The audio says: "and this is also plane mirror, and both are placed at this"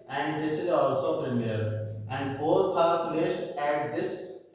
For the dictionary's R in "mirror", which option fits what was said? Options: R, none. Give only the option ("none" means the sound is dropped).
none